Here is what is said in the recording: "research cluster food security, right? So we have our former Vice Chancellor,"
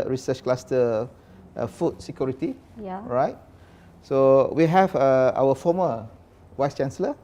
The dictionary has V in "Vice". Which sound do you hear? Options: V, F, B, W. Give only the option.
W